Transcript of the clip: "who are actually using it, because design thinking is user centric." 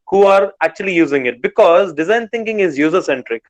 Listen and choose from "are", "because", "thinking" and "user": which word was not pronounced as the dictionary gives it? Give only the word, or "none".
thinking